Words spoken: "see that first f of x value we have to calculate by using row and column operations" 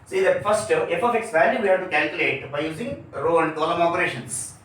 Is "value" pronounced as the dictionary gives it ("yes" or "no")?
no